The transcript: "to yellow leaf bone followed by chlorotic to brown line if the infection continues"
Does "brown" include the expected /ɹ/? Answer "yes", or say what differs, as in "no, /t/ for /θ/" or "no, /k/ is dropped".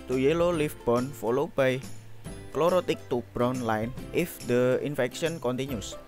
yes